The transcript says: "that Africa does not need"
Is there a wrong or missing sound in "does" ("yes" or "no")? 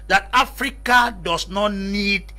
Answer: yes